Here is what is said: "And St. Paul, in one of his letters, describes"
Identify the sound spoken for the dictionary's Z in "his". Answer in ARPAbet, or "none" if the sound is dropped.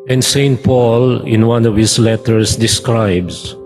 S